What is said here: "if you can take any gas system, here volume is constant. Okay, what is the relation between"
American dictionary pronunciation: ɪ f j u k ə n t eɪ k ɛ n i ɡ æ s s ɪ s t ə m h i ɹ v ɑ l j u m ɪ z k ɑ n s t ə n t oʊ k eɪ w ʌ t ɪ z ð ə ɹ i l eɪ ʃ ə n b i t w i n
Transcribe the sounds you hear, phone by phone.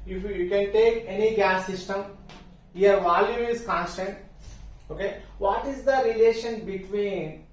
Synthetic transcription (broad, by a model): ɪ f j u k ə n t eɪ k ɛ n i ɡ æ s s ɪ s t ə m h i ɹ v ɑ l j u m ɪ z k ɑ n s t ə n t oʊ k eɪ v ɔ t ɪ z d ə ɹ i l eɪ ʃ ə n b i t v i n